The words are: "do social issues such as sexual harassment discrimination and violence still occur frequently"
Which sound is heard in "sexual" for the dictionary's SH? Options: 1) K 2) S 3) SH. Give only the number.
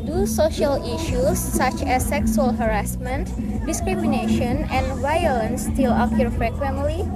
2